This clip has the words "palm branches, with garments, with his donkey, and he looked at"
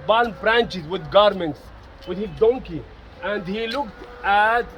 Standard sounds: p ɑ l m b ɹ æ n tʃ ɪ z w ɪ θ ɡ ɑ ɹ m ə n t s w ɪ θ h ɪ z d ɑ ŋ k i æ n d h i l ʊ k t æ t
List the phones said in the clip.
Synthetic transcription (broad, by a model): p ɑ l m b ɹ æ n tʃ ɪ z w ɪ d ɡ ɑ ɹ m ə n t s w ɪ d h ɪ z d ɑ ŋ k i æ n d h i l ʊ k t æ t